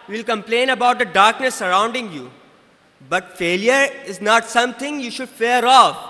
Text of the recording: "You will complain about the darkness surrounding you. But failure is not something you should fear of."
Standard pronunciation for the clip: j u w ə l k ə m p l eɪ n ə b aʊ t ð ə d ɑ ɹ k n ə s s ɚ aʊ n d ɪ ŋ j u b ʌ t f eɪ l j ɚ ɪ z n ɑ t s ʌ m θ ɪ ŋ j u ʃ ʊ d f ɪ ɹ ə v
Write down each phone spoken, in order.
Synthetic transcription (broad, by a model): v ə l k ə m p l eɪ n ə b aʊ t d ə d ɑ ɹ k n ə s s ɚ aʊ n d ɪ ŋ j u b ʌ t f eɪ l j ɚ ɪ z n ɑ t s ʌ m t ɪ ŋ j u ʃ ʊ d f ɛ ɹ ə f